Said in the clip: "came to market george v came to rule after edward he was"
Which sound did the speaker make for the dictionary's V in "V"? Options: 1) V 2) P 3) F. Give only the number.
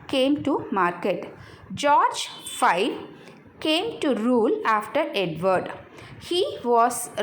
3